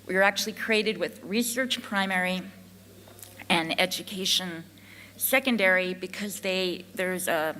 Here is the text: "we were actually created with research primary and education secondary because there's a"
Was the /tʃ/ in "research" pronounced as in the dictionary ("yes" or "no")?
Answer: yes